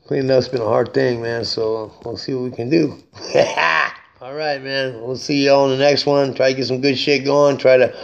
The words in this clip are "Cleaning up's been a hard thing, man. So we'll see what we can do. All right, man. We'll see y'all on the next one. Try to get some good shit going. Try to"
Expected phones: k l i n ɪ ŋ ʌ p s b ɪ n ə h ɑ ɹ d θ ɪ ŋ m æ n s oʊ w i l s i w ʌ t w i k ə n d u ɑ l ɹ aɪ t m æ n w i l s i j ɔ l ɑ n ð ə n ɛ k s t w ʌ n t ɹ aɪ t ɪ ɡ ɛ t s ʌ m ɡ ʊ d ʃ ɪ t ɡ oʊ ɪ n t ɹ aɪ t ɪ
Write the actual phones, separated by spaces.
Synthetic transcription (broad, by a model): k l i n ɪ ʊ s b ɪ n ə h ɑ ɹ d θ ɪ ŋ m æ n s oʊ w i l s i w ʌ t w i k ə n d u ɑ l ɹ aɪ t m æ n w i l s i j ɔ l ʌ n ð ə n ɛ k s t w ʌ n t ɹ aɪ t ɪ ɡ ɛ t s ʌ m ɡ ʊ d ʃ ɪ t ɡ oʊ ɪ n t ɹ aɪ t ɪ